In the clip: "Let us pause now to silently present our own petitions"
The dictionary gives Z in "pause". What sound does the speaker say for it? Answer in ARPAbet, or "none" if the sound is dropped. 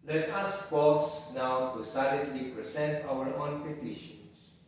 S